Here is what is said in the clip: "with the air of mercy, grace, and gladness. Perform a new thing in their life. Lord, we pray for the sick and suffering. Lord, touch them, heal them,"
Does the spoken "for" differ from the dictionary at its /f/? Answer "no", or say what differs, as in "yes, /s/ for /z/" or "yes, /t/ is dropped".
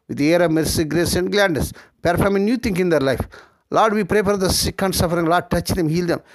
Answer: yes, /p/ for /f/